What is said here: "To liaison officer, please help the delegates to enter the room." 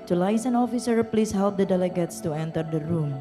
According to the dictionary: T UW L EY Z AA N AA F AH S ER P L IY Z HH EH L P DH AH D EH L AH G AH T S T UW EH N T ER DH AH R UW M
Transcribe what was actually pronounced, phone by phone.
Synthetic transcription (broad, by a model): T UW L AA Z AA N AA F AH S ER P L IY S HH EH L P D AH D EH L AH G AH T S T UW EH N T ER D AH R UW M